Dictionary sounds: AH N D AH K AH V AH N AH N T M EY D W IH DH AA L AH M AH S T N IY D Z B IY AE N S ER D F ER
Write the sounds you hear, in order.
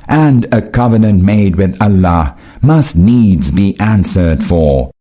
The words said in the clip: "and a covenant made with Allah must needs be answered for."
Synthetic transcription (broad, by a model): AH N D AH K AH V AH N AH N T M EY D W IH DH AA L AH M AH S T N IY D Z B IY AE N S ER D F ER